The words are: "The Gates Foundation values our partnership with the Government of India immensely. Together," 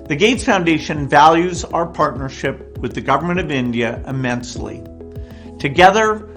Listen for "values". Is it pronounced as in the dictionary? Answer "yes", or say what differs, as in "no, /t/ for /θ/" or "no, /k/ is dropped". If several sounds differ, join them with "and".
yes